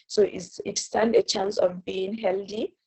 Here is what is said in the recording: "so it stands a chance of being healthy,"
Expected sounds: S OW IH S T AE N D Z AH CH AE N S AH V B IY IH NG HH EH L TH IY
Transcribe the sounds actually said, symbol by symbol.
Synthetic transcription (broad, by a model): S OW IH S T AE N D AH CH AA N S AH V B IY IH NG HH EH L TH IY